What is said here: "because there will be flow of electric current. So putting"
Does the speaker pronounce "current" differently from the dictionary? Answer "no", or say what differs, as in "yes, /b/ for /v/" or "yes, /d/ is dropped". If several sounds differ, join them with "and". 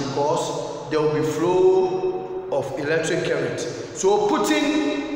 yes, /n/ is dropped